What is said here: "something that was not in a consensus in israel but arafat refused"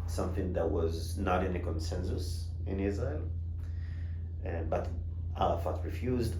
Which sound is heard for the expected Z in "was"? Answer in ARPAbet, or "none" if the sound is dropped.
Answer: Z